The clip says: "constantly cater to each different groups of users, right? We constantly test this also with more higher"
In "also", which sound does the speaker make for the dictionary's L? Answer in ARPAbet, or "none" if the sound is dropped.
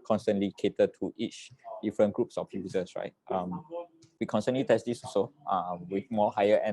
none